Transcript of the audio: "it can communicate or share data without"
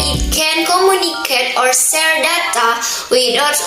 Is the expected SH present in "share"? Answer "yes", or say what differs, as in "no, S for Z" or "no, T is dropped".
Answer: no, S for SH